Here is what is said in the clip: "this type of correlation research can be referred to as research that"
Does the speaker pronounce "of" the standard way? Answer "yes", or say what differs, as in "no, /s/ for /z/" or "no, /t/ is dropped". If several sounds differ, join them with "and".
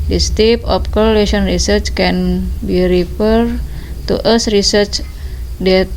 no, /p/ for /v/